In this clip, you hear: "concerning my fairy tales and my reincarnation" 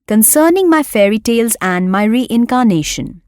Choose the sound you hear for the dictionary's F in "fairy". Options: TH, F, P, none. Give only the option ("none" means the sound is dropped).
F